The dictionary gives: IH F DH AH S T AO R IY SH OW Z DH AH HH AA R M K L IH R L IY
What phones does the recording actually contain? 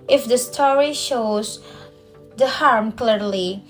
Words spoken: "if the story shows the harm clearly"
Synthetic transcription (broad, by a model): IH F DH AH S T AO R IY SH OW Z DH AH HH AA R M K L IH R L IY